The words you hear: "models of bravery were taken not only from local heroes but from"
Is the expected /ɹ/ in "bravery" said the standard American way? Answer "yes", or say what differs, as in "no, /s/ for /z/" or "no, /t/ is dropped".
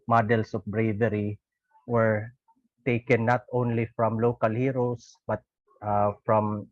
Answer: yes